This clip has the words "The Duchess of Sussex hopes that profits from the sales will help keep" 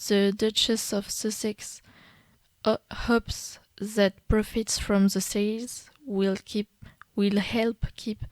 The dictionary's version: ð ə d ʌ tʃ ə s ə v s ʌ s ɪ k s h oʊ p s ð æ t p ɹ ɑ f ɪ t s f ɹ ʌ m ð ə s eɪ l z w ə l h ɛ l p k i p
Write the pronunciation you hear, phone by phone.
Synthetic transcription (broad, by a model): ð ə d ʌ tʃ ə s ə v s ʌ s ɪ k s h oʊ p s ð æ t p ɹ ɑ f ɪ t s f ɹ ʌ m ð ə s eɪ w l w ə l h ɛ l p k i p